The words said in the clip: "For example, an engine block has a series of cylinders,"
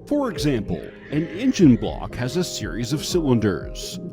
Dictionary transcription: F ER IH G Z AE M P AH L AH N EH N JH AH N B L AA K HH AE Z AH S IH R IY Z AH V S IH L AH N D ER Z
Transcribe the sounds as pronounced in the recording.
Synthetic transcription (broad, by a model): F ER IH G Z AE M P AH L AH N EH N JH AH N B L AA K HH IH Z AH S IH R IY Z AH V S IH L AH N D ER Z